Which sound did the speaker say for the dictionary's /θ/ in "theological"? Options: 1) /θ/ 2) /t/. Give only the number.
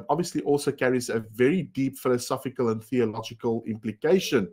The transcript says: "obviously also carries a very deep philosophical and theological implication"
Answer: 1